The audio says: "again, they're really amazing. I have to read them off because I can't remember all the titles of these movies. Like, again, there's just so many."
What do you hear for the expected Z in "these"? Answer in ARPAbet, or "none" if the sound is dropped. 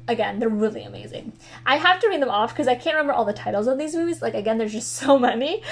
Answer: Z